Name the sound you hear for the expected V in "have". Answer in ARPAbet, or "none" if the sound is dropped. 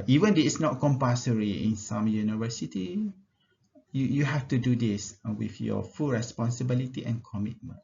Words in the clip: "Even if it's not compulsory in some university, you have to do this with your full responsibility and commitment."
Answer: F